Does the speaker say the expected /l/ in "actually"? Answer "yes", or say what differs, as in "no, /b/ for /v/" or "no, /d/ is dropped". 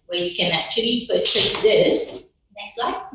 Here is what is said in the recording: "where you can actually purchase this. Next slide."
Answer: yes